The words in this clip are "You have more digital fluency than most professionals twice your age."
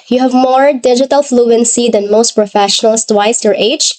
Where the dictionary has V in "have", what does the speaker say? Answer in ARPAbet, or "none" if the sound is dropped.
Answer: V